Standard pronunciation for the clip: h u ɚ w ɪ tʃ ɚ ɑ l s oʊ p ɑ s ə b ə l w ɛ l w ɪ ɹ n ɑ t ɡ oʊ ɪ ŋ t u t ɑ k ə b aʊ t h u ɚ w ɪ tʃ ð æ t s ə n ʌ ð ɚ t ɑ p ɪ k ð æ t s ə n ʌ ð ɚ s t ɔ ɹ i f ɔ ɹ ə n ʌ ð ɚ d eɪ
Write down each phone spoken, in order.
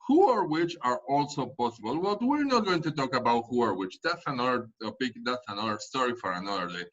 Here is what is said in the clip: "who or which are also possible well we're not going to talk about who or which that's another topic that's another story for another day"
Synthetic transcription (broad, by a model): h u ɚ w ɪ tʃ ɚ ɑ l s oʊ p ɑ s ə b ə l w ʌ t w ɪ ɹ n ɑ t ɡ oʊ ɪ ŋ t u t ɑ k ə b aʊ t h u ɚ w ɪ tʃ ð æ t s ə n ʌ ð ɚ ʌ b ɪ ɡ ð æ t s ə n ʌ ð ɚ s t ɔ ɹ i f ɔ ɹ ə n ʌ ð ɚ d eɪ